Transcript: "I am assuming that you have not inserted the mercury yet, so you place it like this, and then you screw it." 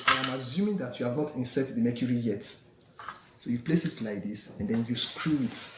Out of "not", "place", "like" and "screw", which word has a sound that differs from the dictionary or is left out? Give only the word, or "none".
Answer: none